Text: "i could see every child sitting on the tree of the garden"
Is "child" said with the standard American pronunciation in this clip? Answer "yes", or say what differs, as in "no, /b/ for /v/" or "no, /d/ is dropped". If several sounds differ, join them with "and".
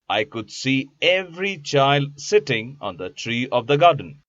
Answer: yes